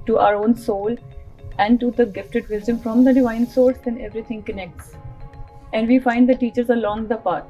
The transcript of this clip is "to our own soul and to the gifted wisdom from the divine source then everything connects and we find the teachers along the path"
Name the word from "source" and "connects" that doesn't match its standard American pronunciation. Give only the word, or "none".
none